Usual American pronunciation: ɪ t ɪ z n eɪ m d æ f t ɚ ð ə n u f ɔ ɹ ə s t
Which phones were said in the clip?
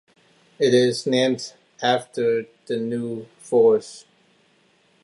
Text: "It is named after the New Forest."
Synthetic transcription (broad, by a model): ɪ t ɪ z n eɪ m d æ f t ɚ ð ə n u f ɔ ɹ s